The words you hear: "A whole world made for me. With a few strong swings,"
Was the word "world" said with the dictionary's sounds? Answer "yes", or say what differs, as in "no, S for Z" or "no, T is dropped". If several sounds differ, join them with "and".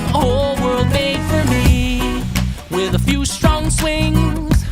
yes